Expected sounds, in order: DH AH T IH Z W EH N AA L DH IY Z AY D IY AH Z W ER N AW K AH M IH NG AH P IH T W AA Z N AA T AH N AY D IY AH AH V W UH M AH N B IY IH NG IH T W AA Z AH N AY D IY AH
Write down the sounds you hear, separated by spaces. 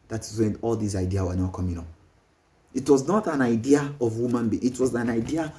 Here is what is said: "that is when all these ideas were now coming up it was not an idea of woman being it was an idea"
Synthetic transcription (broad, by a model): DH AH T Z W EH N AA L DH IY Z AY D IY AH W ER N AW K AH M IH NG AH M IH T W AA Z N AA T AH N AY D IY AH AH V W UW M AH N B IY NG IH T W AA Z AH N AY D IY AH